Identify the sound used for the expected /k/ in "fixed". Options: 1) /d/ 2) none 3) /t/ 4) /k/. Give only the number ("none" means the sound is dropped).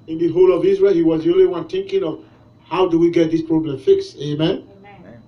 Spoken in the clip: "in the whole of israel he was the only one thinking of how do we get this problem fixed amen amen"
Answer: 4